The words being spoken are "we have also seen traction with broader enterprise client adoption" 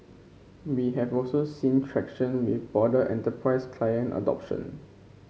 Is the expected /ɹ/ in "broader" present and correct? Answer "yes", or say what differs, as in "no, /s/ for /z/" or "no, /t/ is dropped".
no, /ɹ/ is dropped